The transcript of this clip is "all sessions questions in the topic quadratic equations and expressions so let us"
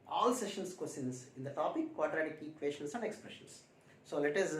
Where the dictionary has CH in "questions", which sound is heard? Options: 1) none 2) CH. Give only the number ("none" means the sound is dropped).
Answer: 1